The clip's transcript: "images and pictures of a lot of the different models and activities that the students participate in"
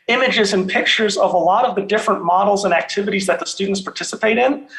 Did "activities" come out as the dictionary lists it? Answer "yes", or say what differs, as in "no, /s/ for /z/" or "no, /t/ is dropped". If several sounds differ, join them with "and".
yes